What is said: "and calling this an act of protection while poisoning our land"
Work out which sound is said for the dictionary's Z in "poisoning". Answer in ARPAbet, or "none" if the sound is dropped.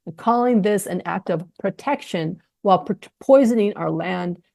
Z